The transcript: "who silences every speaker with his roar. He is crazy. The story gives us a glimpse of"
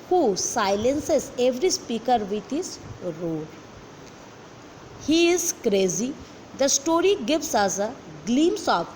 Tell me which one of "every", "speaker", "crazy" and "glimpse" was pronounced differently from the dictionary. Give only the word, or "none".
glimpse